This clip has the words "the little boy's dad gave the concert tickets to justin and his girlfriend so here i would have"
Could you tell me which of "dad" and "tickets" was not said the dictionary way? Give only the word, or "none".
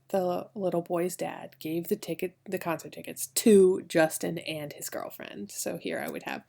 none